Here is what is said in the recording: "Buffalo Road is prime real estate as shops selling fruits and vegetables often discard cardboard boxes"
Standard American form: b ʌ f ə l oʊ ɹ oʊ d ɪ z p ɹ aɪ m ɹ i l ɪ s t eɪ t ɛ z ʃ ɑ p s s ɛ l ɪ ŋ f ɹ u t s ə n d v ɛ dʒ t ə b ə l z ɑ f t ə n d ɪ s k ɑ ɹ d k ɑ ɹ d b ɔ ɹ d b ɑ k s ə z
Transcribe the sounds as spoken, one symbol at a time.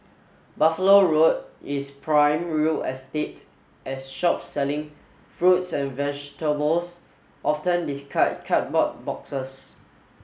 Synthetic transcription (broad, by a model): b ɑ f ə l oʊ ɹ oʊ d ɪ s p ɹ aɪ m ɹ i l ɪ s t eɪ t ɛ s ʃ ɑ p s s ɛ l ɪ ŋ f ɹ u t s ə n v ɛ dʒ t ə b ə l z ɑ f t ə n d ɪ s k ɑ k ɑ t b ɔ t b ɑ k s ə s